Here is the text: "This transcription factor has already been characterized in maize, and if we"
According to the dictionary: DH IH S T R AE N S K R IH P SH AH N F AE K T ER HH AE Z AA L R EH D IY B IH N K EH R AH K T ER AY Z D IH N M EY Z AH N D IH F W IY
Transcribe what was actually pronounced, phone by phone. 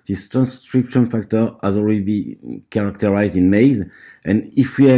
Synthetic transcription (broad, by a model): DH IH S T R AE N S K R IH P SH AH N F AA K T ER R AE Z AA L W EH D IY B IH K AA R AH K T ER AY Z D IH N M EY Z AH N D IH F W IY